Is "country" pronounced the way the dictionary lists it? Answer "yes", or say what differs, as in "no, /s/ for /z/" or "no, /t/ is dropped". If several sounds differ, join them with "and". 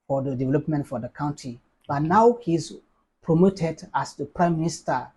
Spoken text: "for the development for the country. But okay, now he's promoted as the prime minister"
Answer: no, /ɹ/ is dropped